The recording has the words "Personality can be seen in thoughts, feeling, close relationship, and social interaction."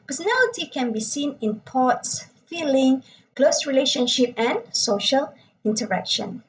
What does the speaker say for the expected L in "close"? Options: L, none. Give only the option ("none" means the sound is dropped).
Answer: L